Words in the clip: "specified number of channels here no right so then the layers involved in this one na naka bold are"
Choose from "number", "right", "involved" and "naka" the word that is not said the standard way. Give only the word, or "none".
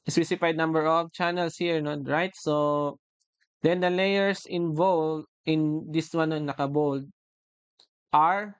involved